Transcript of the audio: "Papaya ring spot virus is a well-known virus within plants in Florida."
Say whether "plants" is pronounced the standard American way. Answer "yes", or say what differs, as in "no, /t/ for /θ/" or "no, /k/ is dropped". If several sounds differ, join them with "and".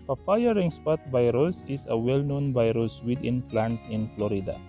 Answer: no, /s/ is dropped